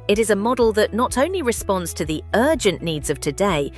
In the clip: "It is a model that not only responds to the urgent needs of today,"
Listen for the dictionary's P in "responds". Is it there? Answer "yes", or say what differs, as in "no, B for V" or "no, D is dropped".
yes